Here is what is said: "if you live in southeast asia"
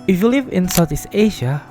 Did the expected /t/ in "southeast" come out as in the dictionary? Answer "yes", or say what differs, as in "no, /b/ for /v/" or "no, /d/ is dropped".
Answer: no, /t/ is dropped